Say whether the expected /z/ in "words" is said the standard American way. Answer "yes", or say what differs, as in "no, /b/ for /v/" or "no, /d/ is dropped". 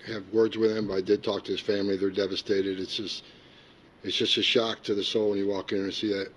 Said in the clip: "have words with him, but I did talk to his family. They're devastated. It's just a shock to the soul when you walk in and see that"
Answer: yes